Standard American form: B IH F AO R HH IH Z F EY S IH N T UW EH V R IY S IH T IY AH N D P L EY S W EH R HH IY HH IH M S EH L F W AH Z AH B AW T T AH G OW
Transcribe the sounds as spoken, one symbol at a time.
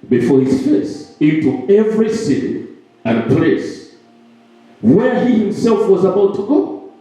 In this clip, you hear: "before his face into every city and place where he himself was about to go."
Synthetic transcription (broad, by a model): B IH F AO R HH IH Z F EY S IH N T UW EH V R IY S IH T IY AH N P L EY S W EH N HH IY HH IH M S EH L F W AH Z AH B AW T T AH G OW